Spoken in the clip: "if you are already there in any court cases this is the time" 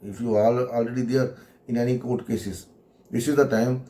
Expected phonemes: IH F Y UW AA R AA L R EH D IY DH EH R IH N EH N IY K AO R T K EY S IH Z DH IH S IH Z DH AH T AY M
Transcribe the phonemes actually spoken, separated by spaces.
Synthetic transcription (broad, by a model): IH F Y UW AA L AA L R EH D IY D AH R IH N EH N IY K AO R T K EY S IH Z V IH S IH Z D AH T AY M